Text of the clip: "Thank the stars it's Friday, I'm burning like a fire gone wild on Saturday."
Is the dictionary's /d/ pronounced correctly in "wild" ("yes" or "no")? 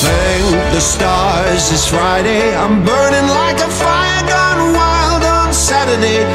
yes